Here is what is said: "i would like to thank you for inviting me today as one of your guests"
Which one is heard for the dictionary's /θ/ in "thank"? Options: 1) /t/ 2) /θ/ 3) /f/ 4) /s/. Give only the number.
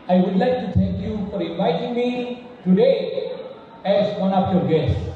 1